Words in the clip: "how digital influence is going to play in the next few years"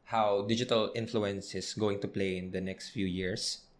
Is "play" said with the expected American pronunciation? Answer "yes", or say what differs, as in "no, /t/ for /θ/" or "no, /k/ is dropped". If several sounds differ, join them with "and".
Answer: yes